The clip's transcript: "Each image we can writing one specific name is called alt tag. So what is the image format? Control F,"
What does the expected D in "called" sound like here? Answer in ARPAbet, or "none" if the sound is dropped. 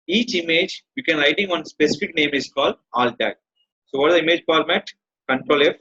D